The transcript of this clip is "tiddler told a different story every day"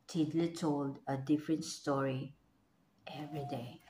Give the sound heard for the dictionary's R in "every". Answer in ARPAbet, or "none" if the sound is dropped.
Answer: R